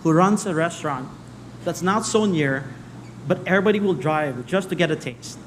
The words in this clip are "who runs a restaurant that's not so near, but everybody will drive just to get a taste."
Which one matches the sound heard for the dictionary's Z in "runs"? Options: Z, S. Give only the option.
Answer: S